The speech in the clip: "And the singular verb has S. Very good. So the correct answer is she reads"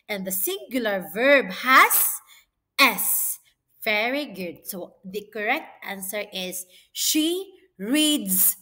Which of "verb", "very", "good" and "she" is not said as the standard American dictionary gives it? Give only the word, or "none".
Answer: none